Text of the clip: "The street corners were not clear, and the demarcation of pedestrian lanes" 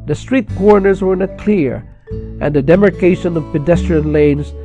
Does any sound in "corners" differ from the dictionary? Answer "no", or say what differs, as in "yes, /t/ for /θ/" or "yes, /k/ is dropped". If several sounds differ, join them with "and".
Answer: no